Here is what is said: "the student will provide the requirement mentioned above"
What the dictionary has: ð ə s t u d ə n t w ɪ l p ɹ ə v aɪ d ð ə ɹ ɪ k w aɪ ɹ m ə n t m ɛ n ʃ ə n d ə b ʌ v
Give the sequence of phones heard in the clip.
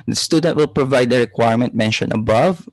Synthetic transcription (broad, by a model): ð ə s t u d ə n t w ɪ l p ɹ ə v aɪ d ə ɹ ɪ k w aɪ ɹ m ə n t m ɛ n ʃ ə n ə b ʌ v